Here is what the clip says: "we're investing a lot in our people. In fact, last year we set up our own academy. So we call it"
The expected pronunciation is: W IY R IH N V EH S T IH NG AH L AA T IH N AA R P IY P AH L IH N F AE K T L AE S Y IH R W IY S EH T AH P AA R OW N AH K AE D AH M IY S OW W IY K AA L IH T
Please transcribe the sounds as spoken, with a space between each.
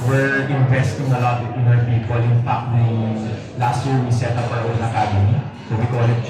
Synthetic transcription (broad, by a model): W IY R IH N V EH S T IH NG AH L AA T IH N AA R P IY P AH L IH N P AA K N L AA S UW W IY S EH T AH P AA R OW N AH K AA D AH M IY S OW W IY K AA L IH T